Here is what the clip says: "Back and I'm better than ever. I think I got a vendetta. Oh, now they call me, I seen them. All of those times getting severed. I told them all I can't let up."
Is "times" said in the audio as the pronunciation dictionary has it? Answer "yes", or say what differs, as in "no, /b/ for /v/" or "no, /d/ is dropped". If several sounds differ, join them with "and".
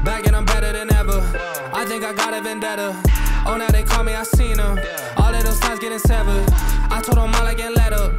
no, /m/ is dropped